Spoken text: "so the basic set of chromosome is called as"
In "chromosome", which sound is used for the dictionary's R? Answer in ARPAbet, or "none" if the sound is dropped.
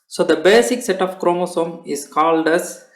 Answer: R